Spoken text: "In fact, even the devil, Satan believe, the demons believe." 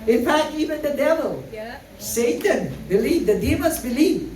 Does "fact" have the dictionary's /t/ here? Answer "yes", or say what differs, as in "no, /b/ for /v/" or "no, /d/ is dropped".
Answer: yes